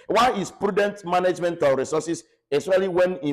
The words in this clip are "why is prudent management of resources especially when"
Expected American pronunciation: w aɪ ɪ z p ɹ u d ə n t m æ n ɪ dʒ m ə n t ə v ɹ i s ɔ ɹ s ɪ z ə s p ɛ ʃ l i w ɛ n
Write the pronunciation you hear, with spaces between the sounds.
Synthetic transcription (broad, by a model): w aɪ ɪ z p ɹ u d ə n t m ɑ n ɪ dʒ m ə n t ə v ɹ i s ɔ s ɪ s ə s ɑ l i w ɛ n